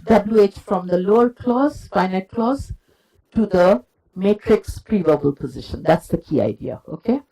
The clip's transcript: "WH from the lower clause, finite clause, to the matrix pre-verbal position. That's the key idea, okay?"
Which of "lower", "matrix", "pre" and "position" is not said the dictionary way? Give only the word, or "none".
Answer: none